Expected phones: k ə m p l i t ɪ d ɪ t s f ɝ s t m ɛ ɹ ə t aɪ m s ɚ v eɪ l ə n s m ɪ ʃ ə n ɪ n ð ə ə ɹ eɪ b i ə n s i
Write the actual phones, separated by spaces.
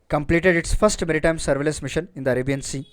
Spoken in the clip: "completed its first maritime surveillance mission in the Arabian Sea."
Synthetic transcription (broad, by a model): k ə m p l i t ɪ d ɪ t s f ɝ s t m ɛ ɹ ə t aɪ m s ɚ v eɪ l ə s m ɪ ʃ ə n ɪ n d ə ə ɹ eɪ b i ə n s i